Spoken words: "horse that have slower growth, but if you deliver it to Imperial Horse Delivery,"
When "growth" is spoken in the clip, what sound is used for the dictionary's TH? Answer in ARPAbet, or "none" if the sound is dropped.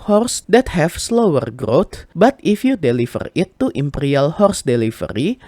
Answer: T